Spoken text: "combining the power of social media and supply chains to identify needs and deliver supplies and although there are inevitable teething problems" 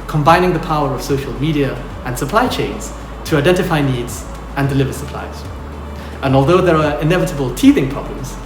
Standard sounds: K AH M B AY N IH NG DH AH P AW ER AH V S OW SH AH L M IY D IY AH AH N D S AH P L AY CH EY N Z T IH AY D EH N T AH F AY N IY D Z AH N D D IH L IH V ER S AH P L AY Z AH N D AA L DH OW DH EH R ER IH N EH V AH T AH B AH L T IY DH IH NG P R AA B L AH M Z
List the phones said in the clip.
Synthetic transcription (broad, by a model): K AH M B AY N IH NG DH AH P AW ER AH V S OW SH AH L M IY D IY AH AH N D S AH P L AY CH EY N Z T IH AY D EH N T AH F AY N IY D Z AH N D D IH L IH V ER S AH P L AY Z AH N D AA L DH OW DH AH R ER IH N EH V AH T AH B AH L T IY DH IH NG P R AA B L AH M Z